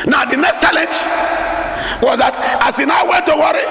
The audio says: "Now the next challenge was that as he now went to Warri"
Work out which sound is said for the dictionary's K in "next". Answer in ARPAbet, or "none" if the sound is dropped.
K